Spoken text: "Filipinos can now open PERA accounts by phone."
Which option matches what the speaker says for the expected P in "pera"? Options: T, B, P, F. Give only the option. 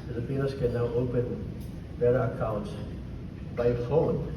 B